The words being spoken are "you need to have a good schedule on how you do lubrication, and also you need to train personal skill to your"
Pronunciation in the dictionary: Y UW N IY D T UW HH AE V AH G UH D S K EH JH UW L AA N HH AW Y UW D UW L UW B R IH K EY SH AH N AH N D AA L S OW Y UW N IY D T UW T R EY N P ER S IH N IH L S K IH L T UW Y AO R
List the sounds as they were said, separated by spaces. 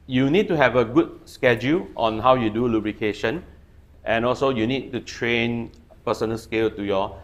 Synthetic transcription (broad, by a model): Y UW N IY D T UW HH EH V AH G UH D S K EH JH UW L AA N HH AW Y UW D UW L UW B R IH K EY SH AH N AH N AA L S OW Y UW N IY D T UW T R EY N P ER S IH N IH L S K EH L T UW Y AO